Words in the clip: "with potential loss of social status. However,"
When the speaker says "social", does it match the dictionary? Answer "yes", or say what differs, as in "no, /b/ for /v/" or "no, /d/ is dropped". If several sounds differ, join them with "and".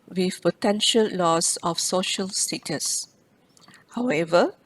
yes